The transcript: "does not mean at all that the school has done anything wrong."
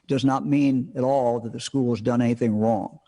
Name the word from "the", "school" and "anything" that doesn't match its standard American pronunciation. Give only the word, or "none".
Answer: none